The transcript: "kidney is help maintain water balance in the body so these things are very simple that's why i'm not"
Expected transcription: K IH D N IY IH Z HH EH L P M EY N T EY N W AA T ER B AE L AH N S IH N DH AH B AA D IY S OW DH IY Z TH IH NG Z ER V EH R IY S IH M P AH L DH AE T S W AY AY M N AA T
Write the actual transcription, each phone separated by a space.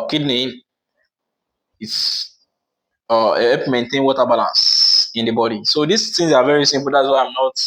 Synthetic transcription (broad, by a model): K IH D N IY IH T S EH P M EY N T EY N W AA T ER B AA L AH N S IH N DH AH B AA D IY S OW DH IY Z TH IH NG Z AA V EH R IY S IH M P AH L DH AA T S W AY AY M N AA T